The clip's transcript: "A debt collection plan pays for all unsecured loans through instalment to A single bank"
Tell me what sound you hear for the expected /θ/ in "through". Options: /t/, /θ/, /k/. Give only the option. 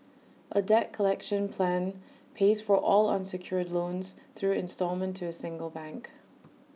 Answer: /θ/